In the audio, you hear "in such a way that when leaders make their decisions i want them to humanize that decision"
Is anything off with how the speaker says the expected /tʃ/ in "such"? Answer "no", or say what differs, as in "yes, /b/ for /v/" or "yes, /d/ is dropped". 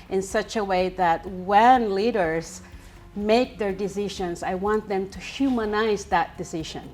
no